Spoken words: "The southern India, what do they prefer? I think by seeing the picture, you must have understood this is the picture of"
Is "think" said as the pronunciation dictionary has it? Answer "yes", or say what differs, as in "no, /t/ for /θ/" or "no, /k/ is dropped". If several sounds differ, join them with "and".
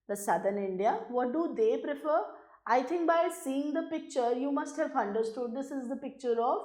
no, /t/ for /θ/